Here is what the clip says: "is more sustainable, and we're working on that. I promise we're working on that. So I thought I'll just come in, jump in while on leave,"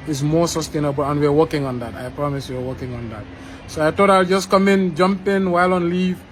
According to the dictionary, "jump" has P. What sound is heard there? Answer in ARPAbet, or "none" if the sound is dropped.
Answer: P